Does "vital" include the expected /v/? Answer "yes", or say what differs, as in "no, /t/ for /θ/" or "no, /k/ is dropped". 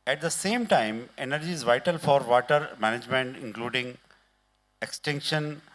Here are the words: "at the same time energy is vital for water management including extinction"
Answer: yes